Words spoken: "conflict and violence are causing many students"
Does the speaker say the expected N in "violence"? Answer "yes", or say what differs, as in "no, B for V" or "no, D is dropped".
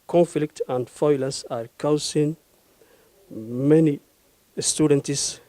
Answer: no, N is dropped